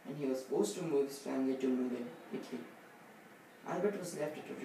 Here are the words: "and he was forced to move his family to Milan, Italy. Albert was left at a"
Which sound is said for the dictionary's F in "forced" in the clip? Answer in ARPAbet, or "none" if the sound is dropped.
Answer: P